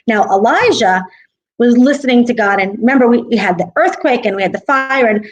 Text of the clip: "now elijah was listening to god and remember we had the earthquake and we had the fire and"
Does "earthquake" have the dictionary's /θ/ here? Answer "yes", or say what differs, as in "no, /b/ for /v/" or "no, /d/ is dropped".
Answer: yes